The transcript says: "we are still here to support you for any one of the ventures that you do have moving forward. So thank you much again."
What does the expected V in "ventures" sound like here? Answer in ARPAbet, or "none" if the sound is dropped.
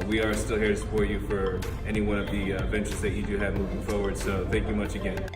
V